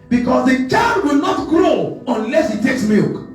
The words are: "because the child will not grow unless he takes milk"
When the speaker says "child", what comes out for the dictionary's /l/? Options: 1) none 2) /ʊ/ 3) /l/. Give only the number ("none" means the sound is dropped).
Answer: 1